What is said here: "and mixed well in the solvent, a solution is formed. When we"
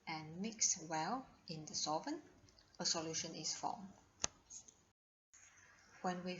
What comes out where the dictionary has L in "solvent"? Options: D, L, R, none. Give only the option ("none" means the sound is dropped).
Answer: none